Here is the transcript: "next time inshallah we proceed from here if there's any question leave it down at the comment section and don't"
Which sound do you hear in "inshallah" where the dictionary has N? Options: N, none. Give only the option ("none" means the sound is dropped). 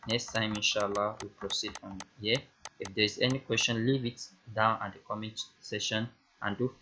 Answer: N